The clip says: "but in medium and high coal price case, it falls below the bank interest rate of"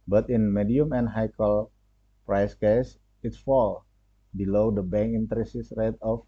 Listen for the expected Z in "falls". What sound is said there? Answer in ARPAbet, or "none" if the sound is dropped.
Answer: none